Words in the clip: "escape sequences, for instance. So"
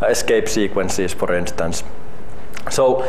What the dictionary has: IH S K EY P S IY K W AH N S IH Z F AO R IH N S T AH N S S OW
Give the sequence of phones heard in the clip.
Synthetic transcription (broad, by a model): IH S K EY P S IY K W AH N S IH S F AO R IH N S T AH N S S OW